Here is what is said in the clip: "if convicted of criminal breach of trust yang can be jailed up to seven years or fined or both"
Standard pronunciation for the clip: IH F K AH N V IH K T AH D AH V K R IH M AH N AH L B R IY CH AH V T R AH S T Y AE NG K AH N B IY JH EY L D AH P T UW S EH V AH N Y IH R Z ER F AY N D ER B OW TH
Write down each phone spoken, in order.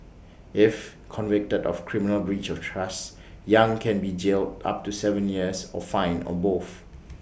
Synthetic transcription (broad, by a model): IH F K AH N V IH K T AH D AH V K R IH M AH N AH L B R IY CH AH F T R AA S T Y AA NG K AH N B IY JH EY L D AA P T UW S EH V AH N Y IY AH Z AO F AY N AO B OW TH